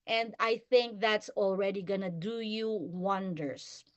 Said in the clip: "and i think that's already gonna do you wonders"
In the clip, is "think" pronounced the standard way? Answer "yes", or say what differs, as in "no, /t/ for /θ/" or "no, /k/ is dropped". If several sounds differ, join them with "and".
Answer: yes